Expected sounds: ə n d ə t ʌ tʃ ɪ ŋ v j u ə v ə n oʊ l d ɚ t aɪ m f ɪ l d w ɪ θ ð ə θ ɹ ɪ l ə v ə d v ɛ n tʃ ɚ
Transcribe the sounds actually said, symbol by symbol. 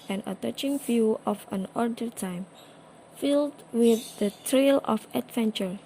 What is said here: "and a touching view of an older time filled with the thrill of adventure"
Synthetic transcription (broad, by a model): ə n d ə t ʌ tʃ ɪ ŋ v j u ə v ə n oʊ d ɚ t aɪ m f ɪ l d w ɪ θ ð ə t ɹ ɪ l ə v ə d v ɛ n tʃ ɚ